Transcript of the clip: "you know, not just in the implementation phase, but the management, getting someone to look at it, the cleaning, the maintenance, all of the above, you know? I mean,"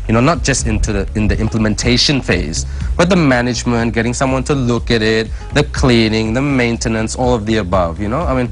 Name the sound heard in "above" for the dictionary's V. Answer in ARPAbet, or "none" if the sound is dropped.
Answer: V